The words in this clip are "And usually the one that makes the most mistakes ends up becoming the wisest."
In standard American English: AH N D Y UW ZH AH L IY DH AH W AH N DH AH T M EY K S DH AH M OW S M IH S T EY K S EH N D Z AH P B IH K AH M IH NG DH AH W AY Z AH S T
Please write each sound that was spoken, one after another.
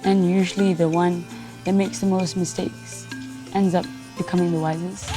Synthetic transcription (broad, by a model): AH N Y UW ZH AH L IY DH AH W AH N DH AH T M EY K S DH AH M OW S M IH S T EY K S EH N D Z AH P B IH K AH M IH NG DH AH W AY Z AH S